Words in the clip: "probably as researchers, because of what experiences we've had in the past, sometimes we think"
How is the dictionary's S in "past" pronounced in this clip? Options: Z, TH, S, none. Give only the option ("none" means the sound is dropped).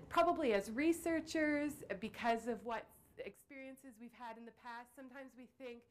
S